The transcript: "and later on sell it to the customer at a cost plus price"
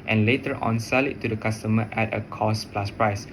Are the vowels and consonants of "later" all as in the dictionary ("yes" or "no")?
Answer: yes